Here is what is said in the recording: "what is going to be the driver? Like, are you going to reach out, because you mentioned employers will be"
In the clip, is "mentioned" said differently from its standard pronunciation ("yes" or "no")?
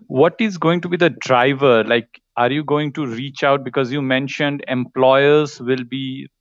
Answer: no